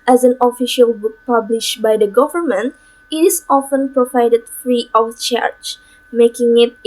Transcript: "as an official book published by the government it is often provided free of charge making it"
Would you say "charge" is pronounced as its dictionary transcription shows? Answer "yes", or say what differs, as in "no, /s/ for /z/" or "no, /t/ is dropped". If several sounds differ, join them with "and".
no, /tʃ/ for /dʒ/